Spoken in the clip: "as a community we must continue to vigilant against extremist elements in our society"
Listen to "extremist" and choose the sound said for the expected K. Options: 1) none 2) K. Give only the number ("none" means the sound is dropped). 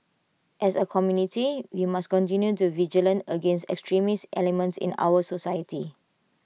2